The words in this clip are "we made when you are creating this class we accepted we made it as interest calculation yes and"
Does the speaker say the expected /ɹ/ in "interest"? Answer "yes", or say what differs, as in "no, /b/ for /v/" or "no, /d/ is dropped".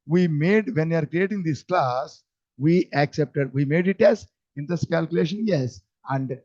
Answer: no, /ɹ/ is dropped